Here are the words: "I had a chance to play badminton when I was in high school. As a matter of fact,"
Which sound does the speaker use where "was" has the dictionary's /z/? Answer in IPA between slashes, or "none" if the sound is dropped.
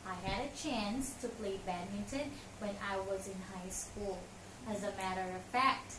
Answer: /z/